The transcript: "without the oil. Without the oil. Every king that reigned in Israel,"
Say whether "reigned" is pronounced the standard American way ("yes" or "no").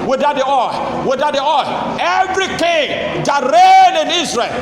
no